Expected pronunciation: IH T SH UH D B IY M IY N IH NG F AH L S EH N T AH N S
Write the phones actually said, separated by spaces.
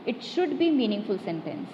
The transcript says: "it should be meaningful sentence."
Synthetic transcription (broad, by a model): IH T SH UH D B IY M IY N IH NG F AH L S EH N T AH N S